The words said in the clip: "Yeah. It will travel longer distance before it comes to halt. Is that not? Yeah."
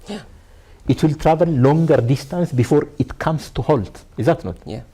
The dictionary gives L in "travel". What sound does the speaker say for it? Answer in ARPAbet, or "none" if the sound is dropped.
N